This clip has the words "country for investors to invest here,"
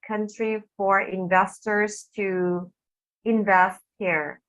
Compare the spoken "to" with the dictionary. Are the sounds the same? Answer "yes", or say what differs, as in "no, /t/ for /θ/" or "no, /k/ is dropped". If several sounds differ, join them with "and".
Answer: yes